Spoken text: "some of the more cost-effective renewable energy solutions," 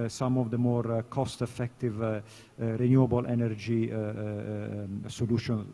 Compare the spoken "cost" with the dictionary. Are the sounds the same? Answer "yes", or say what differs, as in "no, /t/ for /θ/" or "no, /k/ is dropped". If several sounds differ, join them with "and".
yes